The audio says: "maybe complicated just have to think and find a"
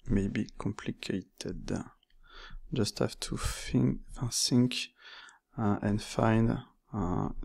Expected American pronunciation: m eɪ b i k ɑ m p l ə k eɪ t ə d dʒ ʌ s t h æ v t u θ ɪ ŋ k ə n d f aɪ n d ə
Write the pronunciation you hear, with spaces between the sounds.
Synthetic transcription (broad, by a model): m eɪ b i k ɑ m p l ə k eɪ t ə d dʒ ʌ s t h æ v t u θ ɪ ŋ k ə n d f aɪ n d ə